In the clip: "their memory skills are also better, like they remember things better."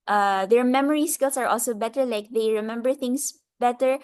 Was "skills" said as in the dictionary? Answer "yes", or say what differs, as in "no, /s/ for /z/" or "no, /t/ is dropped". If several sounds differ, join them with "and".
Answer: no, /s/ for /z/